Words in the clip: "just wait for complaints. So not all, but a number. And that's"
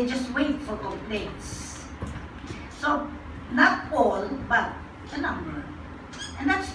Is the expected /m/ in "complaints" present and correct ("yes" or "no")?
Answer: no